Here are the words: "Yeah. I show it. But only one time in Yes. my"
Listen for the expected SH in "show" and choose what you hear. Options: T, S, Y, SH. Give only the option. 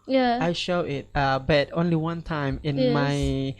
SH